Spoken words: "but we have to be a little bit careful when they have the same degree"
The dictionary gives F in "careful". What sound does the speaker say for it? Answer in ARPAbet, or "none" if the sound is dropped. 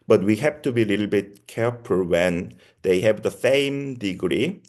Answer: P